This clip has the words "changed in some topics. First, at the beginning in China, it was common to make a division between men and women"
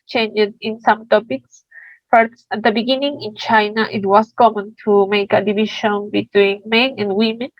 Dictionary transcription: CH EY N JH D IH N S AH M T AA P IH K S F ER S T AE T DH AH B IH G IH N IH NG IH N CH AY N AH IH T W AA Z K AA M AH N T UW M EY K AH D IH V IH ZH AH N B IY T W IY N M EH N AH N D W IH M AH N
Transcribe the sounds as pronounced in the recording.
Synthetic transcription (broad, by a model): CH EY N JH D IH N S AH M T AA P IH K S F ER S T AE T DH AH B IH G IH N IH NG IH N CH AY N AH IH T W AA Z K AA M AH N T UW M EY K AH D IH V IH SH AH N B IY T W IY N M EH N AH N D W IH M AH N